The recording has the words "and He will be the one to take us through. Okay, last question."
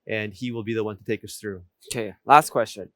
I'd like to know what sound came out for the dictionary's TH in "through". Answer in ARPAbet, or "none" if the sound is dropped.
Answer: TH